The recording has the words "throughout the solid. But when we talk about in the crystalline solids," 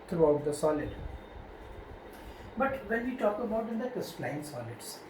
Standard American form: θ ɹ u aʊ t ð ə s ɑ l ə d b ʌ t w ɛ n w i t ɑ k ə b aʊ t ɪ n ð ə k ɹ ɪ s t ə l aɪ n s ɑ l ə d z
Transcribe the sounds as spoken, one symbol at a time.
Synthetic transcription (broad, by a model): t ɹ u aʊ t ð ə s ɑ l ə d b ʌ t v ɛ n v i t ɑ k ə b aʊ t ɪ n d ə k ɪ s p l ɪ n s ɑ l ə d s